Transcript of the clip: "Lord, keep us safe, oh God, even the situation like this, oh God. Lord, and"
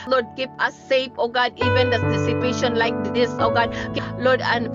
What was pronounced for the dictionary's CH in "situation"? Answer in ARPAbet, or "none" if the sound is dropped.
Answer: S